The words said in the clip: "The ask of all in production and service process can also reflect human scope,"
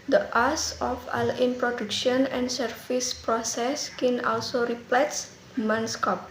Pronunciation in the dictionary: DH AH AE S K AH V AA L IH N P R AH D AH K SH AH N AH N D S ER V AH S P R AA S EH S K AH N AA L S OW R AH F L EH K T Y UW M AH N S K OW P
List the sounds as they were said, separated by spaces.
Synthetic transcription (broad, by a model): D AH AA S AH F AA L IH N P R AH D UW K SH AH N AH N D S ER F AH S P R AA S EH S K AH N AA L S OW R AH P L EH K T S M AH N S K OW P